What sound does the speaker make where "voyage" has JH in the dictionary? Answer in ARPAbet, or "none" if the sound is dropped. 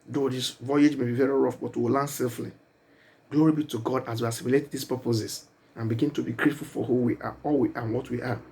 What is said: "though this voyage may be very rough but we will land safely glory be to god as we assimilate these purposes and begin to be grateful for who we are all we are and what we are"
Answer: JH